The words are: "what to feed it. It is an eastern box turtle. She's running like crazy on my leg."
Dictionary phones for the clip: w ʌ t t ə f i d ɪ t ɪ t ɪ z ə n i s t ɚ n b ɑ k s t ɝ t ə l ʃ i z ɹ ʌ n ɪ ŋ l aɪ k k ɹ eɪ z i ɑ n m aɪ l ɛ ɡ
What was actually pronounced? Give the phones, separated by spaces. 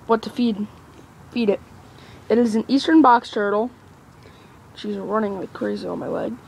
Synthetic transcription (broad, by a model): w ʌ t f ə f i d ɪ t ɪ t ɪ z n i s t ɚ n b ɑ k s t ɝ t l ʃ i z ɹ ʌ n ɪ ŋ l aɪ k k ɹ eɪ z i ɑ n m aɪ l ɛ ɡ